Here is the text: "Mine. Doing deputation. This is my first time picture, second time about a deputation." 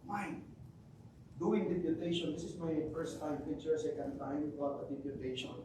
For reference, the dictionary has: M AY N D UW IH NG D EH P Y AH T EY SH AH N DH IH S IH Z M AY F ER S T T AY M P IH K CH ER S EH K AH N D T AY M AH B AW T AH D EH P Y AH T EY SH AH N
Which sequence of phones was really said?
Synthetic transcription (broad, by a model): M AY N D UW IH NG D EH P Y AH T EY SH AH N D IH S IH S M AY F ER S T T AY M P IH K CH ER S EH K AH N D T AY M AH AW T AH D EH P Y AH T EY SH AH N